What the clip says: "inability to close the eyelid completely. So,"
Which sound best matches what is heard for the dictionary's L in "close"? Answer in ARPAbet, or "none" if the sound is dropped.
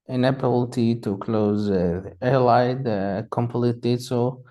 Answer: L